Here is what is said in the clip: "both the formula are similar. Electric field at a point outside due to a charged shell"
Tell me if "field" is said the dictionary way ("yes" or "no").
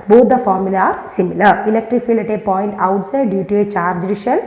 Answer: no